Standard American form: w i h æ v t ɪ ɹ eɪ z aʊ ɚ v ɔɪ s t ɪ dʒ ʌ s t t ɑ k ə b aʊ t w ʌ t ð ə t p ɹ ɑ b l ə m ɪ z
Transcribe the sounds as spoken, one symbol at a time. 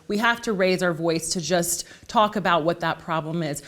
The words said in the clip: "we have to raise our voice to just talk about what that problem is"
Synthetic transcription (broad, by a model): w i h æ f t ɪ ɹ eɪ z aʊ ɚ v ɔɪ s t ɪ dʒ ʌ s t t ɑ k ə b aʊ t w ʌ t ð ə t p ɹ ɑ b l ə m ɪ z